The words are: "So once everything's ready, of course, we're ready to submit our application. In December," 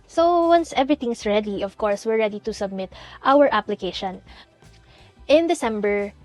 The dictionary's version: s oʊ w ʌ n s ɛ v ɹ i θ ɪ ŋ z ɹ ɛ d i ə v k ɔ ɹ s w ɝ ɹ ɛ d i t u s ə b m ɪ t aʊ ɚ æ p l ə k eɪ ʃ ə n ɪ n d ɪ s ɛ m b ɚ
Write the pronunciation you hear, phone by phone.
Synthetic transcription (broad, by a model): s oʊ w ʌ n s ɛ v ɹ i t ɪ ŋ s ɹ ɛ d i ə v k ɔ ɹ s w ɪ ɹ ɛ d i t u s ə b m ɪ t aʊ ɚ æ p l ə k eɪ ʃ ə n ɪ n d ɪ s ɛ m b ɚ